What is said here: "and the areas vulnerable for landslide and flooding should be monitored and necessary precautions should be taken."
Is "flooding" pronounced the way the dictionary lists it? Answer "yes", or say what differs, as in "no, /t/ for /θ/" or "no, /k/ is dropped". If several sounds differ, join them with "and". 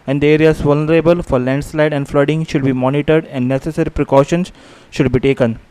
yes